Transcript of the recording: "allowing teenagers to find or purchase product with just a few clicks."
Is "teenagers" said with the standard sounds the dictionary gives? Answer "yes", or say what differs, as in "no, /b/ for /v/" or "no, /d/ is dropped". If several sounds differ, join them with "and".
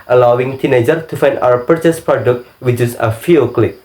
no, /z/ is dropped